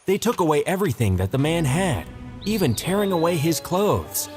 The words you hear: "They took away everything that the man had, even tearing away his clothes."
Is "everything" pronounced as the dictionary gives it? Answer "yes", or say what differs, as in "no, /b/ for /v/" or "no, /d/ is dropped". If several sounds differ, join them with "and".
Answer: yes